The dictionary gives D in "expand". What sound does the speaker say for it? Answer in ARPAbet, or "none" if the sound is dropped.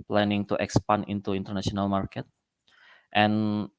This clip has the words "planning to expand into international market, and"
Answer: none